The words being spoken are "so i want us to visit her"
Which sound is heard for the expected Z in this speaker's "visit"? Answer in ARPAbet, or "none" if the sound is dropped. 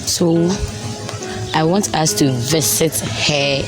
S